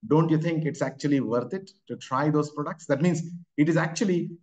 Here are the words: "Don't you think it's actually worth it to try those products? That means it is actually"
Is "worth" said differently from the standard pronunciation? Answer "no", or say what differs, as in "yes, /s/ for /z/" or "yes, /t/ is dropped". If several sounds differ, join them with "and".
yes, /t/ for /θ/